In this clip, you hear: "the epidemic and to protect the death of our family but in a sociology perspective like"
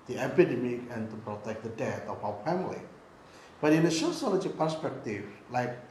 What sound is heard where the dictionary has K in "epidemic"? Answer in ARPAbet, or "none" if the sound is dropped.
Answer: K